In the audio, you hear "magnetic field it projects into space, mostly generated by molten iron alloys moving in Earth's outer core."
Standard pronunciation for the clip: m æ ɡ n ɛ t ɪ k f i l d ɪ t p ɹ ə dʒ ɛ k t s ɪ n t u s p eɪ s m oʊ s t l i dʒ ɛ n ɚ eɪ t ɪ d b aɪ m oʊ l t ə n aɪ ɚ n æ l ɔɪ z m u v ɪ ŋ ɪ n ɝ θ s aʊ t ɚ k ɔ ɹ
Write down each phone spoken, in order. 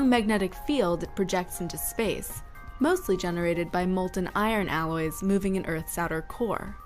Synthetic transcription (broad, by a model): m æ ɡ n ɛ t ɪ k f i l d ɪ t p ɹ ə dʒ ɛ k t s ɪ n t u s p eɪ s m oʊ s t l i dʒ ɛ n ɚ eɪ t ɪ d b aɪ m oʊ l t n aɪ ɚ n æ l ɔɪ z m u v ɪ ŋ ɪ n ɝ θ s aʊ t ɚ k ɔ ɹ